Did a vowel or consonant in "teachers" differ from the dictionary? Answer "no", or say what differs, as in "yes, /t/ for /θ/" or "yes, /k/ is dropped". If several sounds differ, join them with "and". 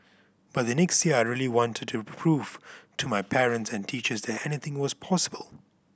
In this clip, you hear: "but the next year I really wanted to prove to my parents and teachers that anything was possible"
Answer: no